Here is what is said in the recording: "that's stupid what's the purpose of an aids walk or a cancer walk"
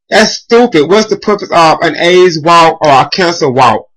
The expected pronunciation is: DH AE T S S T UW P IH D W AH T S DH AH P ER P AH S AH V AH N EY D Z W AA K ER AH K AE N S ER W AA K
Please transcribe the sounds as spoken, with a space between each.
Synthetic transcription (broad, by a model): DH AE T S S T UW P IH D W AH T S DH AH P ER P AH S AH V AH N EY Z W AA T ER AH K AE N S ER W AA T